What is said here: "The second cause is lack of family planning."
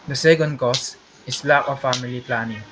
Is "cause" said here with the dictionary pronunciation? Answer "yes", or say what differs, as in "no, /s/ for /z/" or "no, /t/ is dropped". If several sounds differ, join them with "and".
no, /s/ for /z/